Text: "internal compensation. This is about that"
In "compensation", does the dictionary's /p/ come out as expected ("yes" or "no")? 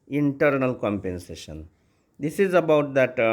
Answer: yes